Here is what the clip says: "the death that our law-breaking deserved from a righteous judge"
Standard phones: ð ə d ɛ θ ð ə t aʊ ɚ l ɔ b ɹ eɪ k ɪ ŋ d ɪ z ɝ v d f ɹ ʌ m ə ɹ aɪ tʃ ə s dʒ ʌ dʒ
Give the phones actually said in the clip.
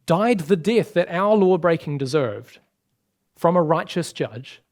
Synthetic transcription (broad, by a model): ð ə d ɛ θ ð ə t aʊ ɚ l ɔ b ɹ eɪ k ɪ ŋ d ɪ z ɝ v d f ɹ ʌ m ə ɹ aɪ tʃ ə s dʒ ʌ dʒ